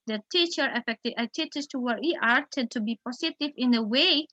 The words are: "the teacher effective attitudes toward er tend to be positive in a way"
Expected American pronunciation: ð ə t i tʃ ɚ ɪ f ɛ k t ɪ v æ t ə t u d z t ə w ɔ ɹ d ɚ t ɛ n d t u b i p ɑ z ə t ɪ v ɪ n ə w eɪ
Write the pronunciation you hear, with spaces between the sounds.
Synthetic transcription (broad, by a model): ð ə t i tʃ ɚ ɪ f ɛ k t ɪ æ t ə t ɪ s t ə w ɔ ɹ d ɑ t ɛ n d t u b i p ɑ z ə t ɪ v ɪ n ə w eɪ